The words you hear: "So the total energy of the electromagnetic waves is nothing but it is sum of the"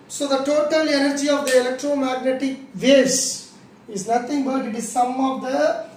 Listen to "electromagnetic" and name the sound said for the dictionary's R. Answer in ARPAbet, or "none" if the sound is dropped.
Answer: R